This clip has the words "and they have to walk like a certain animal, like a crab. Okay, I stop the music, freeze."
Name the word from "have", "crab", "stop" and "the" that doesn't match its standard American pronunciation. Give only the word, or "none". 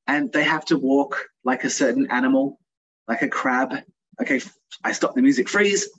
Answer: have